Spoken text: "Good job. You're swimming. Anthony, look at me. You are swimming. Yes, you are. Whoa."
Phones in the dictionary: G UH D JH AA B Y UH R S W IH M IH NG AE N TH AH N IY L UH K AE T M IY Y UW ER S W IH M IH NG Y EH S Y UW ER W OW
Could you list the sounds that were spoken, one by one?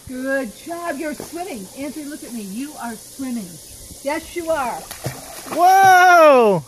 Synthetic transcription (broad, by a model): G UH D JH AA B Y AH R S W IH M IH NG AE N S AH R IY L UH K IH T M IY Y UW ER S W IH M IH NG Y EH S Y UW ER W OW